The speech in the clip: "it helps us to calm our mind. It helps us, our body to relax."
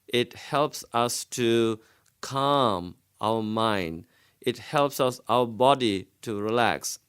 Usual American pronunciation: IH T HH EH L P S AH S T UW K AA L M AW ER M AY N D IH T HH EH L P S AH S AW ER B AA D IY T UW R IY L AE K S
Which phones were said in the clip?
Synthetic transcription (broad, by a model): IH T HH EH L P S AH S T UW K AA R M AW ER M AY N D IH T HH EH L P S AH S AW ER B AA D IY T UW R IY L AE K S